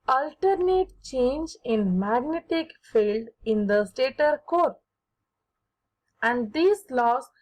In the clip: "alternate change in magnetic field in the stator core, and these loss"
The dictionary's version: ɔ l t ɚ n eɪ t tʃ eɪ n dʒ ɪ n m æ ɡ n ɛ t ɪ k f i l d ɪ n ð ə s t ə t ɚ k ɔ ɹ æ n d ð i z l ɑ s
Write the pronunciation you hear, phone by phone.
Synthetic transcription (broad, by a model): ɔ l t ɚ n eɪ t tʃ eɪ n dʒ ɪ n m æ ɡ n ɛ t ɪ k f i l d ɪ n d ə s t ə t ɚ k ɔ ɹ æ n d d i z l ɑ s